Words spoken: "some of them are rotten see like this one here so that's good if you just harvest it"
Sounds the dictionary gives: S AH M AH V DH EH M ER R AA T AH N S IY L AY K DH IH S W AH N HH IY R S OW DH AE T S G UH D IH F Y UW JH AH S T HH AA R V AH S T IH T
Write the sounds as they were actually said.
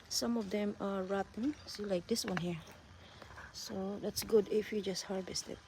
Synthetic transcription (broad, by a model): S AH M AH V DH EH M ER R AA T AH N S IY L AY K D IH S W AH N HH IY R S OW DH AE T S G UH D IH F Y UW JH AH S T HH AA R V AH S T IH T